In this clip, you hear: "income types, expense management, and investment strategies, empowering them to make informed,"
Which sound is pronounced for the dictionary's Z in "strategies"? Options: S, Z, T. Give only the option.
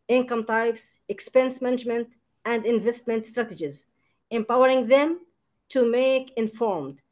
Z